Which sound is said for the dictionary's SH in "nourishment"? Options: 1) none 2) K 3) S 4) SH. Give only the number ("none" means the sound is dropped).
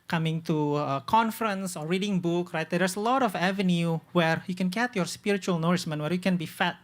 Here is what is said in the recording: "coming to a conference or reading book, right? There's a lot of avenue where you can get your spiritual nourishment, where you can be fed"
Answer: 3